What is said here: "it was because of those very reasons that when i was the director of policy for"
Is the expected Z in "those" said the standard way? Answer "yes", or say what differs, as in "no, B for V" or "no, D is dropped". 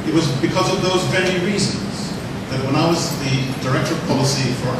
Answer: yes